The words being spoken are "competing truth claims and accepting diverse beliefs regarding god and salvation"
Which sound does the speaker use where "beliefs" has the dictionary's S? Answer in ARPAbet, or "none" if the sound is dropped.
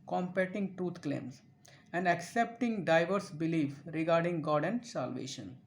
none